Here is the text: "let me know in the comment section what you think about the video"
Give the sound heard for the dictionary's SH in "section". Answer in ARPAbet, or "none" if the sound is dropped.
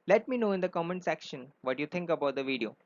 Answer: SH